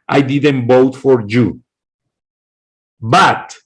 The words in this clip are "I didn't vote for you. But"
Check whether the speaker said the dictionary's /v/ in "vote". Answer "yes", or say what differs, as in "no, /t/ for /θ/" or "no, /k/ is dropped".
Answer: no, /b/ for /v/